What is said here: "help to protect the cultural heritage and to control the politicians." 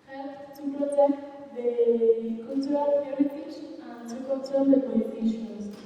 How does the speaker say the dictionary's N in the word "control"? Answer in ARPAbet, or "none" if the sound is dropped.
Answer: L